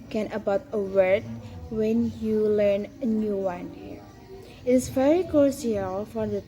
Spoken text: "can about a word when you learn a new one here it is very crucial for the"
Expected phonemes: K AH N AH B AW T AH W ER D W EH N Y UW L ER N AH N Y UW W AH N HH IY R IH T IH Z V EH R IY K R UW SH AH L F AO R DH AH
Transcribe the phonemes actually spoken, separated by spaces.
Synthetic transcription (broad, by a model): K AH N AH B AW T AH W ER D W EH N Y UW L ER N AH N Y UW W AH N HH IY R IH T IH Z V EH R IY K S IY AH L F AO R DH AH